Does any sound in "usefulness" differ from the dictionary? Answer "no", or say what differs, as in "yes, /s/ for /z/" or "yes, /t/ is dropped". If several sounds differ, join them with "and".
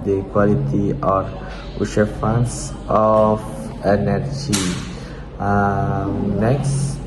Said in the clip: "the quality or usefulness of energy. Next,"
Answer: yes, /ʃ/ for /s/ and /l/ is dropped